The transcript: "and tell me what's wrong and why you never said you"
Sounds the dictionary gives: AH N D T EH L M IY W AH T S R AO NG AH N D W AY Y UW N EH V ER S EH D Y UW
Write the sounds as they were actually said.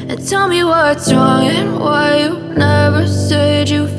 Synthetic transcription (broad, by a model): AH N T EH L M IY W AH T S R AO NG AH N W AY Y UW N EH V ER S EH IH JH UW